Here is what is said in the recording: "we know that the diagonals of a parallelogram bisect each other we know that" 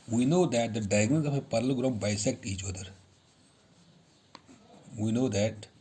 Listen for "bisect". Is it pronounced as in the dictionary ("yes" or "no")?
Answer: yes